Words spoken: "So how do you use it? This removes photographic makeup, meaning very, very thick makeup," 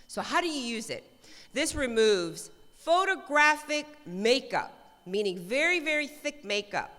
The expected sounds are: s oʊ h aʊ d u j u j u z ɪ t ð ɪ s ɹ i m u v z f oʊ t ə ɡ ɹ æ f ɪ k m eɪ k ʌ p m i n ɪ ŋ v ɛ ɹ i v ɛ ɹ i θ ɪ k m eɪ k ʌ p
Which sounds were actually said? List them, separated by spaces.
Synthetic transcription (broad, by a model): s oʊ h aʊ d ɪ j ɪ j u z ɪ t ð ɪ s ɹ i m u v z f oʊ t ə ɡ ɹ æ f ɪ k m eɪ k ʌ p m i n ɪ ŋ v ɛ ɹ i v ɛ ɹ i θ ɪ k m eɪ k ʌ p